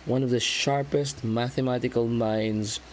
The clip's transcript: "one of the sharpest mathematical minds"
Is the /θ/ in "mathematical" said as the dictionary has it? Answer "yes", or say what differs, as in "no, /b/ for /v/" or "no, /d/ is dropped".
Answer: yes